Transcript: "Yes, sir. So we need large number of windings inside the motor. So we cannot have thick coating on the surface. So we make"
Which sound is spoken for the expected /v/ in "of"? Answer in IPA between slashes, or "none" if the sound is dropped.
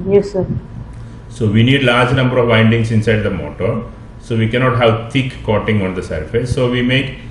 /v/